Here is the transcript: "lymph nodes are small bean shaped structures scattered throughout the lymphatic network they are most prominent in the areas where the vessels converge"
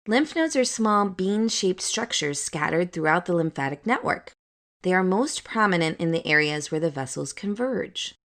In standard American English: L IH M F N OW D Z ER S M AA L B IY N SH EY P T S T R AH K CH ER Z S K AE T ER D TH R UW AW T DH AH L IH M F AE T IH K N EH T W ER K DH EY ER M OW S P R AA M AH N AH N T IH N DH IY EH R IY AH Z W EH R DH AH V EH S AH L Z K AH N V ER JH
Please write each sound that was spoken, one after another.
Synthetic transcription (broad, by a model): L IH M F N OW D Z ER S M AA L B IY N SH EY P T S T R AH K CH ER Z S K AE T ER D TH R UW AW T DH AH L IH M F AE T IH K N EH T W ER K DH EY ER M OW S P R AA M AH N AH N T IH N DH IY EH R IY AH Z W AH R DH AH V EH S L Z K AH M V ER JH